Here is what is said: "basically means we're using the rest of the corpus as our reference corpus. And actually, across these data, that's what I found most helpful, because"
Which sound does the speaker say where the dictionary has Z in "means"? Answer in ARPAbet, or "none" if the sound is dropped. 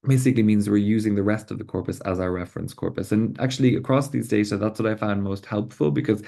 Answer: Z